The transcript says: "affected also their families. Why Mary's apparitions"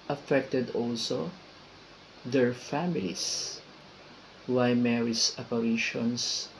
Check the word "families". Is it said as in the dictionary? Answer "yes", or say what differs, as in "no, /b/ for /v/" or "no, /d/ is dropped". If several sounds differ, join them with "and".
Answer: no, /s/ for /z/